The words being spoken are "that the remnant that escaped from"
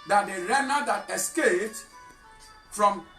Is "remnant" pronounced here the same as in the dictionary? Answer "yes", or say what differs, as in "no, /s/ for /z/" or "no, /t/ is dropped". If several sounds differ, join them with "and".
no, /m/ is dropped